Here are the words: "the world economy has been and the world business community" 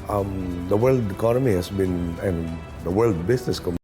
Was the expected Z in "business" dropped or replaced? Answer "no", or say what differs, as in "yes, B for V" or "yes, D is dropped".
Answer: yes, S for Z